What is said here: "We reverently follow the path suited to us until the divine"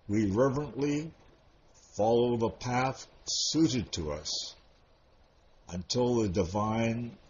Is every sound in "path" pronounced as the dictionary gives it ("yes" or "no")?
yes